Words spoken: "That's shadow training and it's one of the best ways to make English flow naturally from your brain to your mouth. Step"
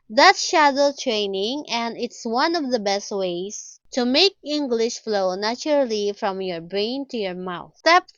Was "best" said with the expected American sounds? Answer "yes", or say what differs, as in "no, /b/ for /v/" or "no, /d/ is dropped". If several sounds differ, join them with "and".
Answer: yes